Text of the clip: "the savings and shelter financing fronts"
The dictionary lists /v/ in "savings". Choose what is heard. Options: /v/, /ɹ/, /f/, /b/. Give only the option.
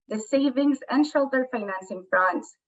/v/